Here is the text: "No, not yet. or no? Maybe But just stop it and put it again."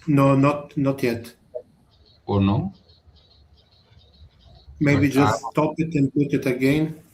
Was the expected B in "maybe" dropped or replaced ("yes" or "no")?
yes